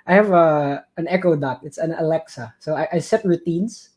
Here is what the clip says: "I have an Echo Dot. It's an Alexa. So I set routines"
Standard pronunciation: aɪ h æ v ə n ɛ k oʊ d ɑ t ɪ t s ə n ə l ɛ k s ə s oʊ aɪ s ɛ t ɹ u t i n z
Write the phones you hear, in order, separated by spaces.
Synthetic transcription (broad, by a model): aɪ h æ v ə n ɛ k oʊ d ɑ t ɪ t s ə n ə l ɛ k s ə s oʊ aɪ s ɛ t ɹ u t i n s